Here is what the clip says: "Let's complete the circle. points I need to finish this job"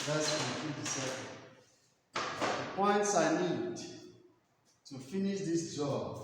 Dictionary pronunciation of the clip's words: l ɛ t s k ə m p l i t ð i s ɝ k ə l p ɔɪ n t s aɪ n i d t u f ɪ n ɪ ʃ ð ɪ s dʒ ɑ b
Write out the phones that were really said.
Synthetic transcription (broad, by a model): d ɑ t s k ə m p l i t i s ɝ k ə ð p ɔɪ n t s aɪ n i d t u f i n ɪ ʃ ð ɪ s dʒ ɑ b